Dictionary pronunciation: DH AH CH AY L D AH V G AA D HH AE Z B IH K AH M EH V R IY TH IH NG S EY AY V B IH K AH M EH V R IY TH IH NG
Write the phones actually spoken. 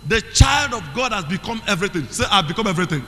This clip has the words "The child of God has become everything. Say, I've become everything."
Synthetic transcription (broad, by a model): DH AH CH AY L D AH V G AA D HH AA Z B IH K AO M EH V R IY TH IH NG S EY AY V B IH K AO M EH V R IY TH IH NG